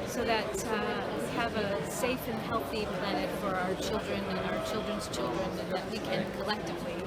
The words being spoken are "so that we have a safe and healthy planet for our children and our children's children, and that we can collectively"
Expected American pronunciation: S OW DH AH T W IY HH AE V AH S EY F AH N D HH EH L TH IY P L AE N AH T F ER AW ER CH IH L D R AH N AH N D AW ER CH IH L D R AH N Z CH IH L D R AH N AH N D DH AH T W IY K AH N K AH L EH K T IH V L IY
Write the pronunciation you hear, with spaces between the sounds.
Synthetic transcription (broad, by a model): S OW DH AH T W IY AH V AH S EY F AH N HH EH L TH IY P L AE N AH T F ER AW ER CH IH L D R AH N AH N AW ER CH IH L D R AH N Z CH IH L D R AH N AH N DH AH T W IY K AH N K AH L EH K T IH V L IY